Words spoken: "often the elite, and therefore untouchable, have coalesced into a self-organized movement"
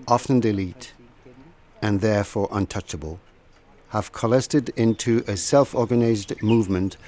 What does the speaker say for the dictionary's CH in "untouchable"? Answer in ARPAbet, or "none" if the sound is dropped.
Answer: CH